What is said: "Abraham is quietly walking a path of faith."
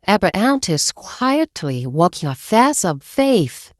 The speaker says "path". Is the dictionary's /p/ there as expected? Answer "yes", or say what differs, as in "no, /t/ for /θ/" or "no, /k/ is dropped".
no, /f/ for /p/